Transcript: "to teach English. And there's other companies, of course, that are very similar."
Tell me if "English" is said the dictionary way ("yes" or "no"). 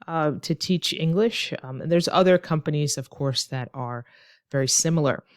yes